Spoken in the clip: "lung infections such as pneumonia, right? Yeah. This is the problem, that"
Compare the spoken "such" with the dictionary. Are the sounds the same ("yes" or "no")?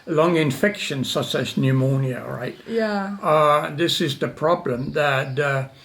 no